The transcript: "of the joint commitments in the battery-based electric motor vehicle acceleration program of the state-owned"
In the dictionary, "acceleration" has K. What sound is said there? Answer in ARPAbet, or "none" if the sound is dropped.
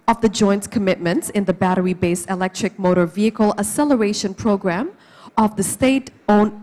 none